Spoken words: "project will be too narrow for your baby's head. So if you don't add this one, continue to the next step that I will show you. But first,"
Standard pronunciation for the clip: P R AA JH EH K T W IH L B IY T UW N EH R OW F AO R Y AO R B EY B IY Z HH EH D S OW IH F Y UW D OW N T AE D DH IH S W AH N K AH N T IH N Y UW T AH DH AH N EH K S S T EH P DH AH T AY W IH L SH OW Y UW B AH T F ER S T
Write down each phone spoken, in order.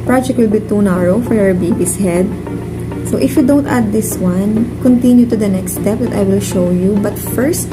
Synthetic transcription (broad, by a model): P R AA JH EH K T W IH L B IY T UW N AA R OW F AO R Y AO R B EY B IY S HH EH D S OW IH F Y UW D OW N T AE D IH S W AH N K AH N T IH N Y UW T AH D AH N EH K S S T EH P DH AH T AY W IH L SH OW Y UW B AH T F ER S T